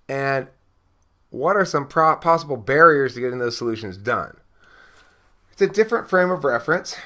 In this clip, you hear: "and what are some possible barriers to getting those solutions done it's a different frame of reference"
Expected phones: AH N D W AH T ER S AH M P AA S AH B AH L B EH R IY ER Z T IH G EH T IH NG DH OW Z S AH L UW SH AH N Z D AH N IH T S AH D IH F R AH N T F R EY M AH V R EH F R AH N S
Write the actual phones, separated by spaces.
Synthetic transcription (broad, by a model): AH N W AH T ER S AH M P AA S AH B L B EH R IY ER Z T IH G EH T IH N DH OW Z S AH L UW SH AH N Z D AH N IH T S AH D IH F R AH N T F R EY M AH V R EH F R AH N S